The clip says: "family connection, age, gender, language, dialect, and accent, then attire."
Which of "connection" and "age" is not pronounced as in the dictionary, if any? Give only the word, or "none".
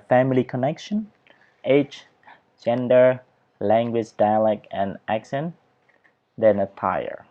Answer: age